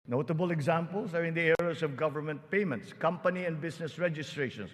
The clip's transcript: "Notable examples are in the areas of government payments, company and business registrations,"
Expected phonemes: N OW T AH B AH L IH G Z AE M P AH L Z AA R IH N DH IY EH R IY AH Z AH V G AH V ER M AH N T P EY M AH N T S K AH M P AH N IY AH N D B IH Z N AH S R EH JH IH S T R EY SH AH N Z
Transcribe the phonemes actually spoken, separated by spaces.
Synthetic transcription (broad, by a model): N OW T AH B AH L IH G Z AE M P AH L S AA R IH N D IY EH R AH S AH V G AH V ER M AH N T P EY M AH N T S K AH M P AH N IY AH N D B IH S N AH S R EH JH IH S T R EY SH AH N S